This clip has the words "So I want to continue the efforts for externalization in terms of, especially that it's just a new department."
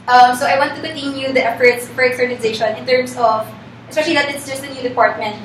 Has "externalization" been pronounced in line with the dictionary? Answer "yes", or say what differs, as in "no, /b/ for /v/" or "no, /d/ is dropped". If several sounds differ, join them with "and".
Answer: no, /n/ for /l/